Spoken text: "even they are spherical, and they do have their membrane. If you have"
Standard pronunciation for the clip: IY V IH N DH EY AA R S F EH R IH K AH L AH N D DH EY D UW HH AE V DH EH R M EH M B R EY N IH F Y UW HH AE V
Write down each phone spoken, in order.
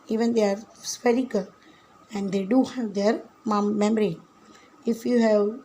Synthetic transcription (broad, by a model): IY V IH N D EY AA R S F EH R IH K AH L AH N D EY D UW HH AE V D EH R M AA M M R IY IH F Y UW HH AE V